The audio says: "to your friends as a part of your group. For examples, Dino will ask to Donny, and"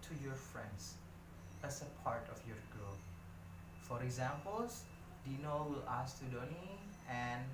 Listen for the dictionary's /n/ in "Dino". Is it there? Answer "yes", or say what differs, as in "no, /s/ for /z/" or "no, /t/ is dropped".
yes